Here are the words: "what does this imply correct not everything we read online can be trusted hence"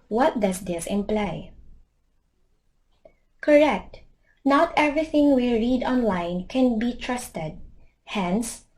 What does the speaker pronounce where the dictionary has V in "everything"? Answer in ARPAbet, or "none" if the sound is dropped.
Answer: V